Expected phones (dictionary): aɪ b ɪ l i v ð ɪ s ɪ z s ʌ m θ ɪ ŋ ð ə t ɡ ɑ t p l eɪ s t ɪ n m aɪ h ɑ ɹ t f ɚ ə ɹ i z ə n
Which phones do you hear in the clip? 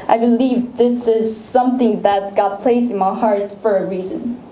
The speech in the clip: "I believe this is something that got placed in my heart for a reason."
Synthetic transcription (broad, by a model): aɪ b ɪ l i v ð ɪ s ɪ z s ʌ m θ ɪ ŋ ð ə t ɡ ɑ t p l eɪ s ɪ n m aɪ h ɑ ɹ t f ɚ ə ɹ i z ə n